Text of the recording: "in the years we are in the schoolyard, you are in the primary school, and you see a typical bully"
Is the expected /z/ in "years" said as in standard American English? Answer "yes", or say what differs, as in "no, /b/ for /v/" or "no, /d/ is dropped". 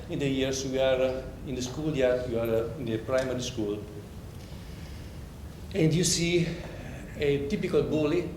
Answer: no, /s/ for /z/